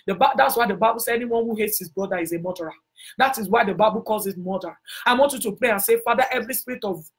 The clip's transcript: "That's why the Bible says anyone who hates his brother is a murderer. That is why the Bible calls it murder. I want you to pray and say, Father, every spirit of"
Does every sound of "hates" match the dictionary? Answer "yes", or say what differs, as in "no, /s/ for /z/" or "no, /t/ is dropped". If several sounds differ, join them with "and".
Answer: yes